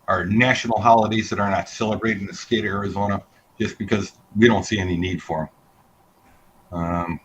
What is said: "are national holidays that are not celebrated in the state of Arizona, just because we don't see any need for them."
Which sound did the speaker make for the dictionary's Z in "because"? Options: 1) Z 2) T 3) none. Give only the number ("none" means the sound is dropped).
1